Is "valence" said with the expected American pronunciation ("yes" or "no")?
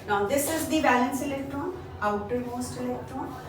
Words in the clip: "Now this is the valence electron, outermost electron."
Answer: no